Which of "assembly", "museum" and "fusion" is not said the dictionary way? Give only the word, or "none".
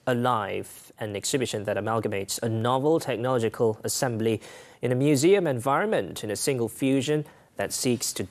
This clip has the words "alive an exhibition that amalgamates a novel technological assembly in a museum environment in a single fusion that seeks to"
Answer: none